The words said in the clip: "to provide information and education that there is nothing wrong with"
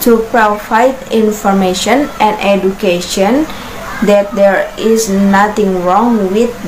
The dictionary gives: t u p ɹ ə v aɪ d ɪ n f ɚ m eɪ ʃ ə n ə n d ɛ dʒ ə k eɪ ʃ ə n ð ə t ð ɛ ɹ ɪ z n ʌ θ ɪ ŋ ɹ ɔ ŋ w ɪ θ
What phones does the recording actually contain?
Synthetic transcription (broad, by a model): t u p ɹ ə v aɪ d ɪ n f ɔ m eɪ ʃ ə n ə n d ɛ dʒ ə k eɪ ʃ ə n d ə t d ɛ ɹ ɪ s n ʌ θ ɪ ŋ ɹ ɔ ŋ w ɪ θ